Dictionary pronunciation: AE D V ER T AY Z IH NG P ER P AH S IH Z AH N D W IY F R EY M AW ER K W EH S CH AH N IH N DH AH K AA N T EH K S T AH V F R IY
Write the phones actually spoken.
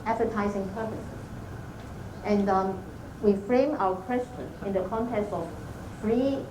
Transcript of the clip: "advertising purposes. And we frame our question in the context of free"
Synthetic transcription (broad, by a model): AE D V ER T AY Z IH NG P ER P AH S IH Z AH N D W IY F R EY M AW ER K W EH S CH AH N IH N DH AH K AA N T EH K S T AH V F R IY